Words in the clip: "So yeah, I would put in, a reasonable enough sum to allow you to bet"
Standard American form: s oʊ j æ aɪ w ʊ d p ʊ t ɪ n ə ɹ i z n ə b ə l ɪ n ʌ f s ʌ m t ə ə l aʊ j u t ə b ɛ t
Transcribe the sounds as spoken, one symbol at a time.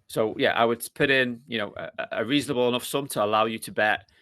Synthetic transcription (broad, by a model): s oʊ j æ aɪ w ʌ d p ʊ t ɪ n ə ɹ i z n ə b ə l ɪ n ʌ f s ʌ m t ə ə l aʊ j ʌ t ə b ɛ t